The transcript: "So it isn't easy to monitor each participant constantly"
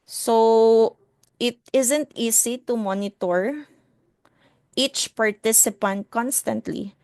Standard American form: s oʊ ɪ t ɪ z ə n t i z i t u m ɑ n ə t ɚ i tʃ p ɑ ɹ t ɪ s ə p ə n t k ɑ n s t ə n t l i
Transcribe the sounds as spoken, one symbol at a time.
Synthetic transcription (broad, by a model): s oʊ ɪ t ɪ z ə n t i s i t u m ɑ n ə t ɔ i tʃ p ɑ ɹ t ɪ s ə p ə n t k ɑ n s t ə n t l i